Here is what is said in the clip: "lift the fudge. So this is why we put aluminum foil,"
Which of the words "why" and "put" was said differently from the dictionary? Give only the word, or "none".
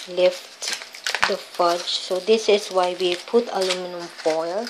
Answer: none